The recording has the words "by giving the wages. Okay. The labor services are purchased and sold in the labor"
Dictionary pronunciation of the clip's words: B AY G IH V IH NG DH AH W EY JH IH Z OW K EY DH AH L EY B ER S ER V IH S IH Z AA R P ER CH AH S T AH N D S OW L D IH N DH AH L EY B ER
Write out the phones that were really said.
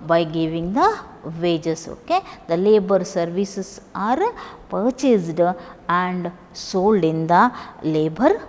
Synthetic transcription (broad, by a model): B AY G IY V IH NG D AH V EY JH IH S OW K EY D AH L EY B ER S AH V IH S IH S AA R P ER CH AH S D AH N D S OW L D IH N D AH L EY B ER